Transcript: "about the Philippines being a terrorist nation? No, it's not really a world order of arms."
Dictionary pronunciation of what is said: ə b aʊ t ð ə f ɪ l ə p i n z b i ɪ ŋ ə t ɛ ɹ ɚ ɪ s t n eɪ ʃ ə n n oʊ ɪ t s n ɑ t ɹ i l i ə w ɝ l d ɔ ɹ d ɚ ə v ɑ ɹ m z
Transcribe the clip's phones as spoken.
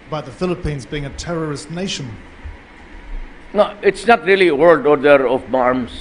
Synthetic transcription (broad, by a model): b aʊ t ð ə f ɪ l ə p i n z b i ɪ ŋ ə t ɛ ɹ ɚ ɪ s t n eɪ ʃ ə n n oʊ ɪ t s n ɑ t ɹ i l i ə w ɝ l d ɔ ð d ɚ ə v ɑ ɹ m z